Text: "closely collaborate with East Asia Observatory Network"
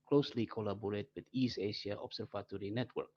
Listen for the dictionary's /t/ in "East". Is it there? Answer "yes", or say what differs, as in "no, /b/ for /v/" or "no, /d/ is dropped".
no, /t/ is dropped